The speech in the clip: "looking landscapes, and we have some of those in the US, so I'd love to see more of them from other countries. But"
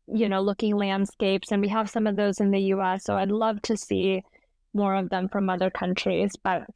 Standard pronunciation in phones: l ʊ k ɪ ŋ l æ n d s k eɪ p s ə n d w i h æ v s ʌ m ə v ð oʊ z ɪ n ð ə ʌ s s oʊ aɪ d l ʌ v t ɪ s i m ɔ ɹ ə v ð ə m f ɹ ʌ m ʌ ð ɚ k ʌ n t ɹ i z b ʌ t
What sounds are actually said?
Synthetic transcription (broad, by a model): l ʊ k ɪ ŋ l æ n d s k eɪ p s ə n w i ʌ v s ʌ m ə v ð oʊ z ɪ n ð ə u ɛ s oʊ aɪ d l ʌ v t ɪ s i m ɔ ɹ ə v ð ə m f ɹ ʌ m ʌ ð ɚ k ʌ n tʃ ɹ i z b ʌ t